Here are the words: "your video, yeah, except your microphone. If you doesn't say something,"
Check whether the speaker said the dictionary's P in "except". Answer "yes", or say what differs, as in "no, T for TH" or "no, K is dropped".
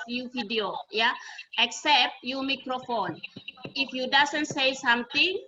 yes